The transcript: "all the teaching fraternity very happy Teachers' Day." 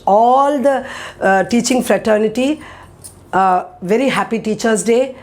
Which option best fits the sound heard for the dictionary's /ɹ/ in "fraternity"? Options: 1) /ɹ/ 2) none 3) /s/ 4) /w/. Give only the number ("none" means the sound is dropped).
1